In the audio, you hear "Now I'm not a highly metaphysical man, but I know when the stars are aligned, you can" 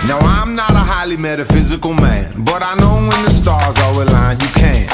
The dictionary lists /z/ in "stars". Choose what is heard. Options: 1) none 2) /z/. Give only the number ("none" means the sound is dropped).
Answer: 2